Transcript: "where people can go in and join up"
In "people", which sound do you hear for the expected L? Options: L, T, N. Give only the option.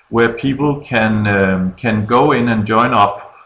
N